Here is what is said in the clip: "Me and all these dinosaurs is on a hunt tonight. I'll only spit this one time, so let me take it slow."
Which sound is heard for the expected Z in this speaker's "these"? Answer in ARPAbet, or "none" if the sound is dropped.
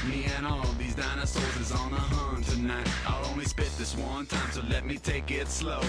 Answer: Z